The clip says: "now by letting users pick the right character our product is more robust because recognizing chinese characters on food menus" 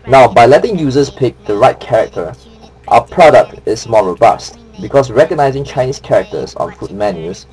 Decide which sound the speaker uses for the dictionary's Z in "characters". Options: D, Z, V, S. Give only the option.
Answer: S